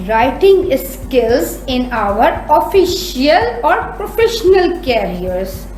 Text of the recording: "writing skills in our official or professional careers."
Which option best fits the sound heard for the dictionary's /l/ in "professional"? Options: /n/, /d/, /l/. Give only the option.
/l/